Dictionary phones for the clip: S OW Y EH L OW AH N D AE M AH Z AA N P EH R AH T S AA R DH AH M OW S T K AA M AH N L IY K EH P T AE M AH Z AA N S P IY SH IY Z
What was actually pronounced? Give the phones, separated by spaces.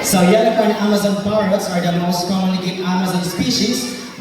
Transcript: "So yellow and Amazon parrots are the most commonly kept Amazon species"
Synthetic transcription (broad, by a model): S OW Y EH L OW AH N D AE M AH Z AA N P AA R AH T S AA R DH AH M OW S T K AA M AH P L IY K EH T AE M AH Z AA N S P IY SH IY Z